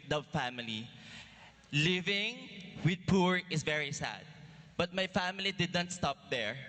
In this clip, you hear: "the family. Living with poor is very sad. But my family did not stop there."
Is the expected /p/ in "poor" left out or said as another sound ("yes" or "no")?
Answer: no